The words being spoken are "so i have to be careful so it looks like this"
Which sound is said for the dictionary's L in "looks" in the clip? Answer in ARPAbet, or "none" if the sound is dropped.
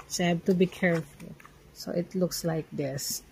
L